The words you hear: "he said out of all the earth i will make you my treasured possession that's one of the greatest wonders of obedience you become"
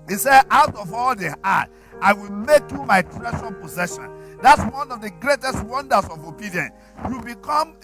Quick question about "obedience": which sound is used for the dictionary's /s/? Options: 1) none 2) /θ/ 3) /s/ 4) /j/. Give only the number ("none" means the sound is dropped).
1